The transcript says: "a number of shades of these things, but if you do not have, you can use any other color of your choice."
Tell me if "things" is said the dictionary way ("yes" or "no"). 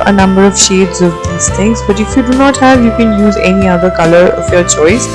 no